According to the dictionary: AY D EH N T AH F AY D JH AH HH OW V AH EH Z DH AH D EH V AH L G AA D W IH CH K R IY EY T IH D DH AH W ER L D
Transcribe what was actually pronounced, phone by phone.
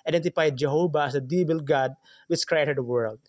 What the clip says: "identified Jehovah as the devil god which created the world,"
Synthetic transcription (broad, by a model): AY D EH N T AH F AY D JH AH HH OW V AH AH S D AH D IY B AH L G AA D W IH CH K R IY EY T IH D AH W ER L D